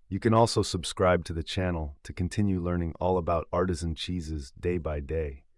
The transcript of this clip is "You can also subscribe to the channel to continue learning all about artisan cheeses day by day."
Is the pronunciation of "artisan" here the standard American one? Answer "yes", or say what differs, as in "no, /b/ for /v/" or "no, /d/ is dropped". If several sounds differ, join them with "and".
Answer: yes